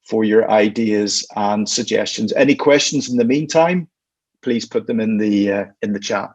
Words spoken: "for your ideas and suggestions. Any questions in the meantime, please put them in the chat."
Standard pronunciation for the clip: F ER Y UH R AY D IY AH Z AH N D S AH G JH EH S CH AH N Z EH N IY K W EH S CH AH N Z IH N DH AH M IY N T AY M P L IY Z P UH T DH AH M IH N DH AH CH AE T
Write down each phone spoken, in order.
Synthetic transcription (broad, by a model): F ER Y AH R AY D IY AH Z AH N S AH G JH EH S CH AH N Z EH N IY K W EH S CH AH N Z IH N DH AH M IY N T AY M P L IY Z P UH T DH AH M IH N DH AH CH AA T